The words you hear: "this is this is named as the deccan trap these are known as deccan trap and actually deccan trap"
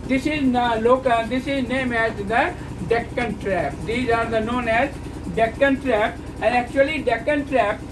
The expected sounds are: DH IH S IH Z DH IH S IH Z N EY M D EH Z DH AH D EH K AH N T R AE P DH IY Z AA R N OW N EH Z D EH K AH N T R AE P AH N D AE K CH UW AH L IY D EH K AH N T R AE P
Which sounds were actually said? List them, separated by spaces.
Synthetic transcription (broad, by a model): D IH S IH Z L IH S IH Z N EY M EH Z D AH D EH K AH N T R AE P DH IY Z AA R N OW N EH Z D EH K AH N T R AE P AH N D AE K CH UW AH L IY D EH K AH N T R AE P